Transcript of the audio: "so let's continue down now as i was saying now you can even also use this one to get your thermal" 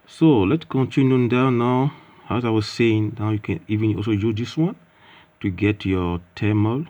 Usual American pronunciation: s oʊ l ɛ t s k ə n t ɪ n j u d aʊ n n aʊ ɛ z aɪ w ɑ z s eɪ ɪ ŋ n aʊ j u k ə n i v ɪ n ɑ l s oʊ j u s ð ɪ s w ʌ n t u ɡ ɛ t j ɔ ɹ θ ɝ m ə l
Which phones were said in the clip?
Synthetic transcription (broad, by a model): s oʊ l ɛ t s k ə n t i n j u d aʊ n n aʊ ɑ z aɪ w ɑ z s eɪ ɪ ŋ n aʊ j u k ə n i v ɪ n ɑ l s oʊ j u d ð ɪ s w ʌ n t u ɡ ɛ t j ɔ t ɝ m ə l